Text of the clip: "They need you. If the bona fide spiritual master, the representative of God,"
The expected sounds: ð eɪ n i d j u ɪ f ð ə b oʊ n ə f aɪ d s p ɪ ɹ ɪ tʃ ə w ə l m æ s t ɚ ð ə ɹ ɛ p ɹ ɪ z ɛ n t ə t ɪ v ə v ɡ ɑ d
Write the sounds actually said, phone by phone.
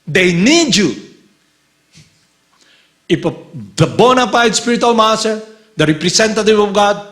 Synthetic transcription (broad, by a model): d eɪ n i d j u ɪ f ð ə b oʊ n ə p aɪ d s p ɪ ɹ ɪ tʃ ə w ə l m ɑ s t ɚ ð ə ɹ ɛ p ɹ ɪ s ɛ n t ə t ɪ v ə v ɡ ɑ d